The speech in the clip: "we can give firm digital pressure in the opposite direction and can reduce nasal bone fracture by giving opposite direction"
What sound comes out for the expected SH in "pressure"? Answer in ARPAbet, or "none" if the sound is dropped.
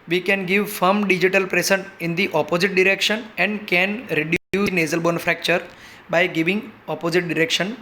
S